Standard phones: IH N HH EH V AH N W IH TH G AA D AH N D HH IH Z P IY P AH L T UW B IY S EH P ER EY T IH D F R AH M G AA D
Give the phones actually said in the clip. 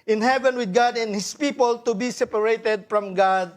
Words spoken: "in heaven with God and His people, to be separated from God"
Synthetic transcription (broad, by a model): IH N HH EH V AH N W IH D G AA D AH N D HH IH S P IY P AH L T UW B IY S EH P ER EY T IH D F R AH M G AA D